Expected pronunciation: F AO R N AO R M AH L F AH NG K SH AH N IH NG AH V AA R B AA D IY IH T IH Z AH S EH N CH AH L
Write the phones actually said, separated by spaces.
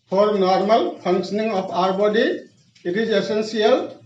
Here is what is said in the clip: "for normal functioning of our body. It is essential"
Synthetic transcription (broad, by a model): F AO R N AO R M AH L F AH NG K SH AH N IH NG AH P AA R B AA D IY IH T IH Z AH S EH N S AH L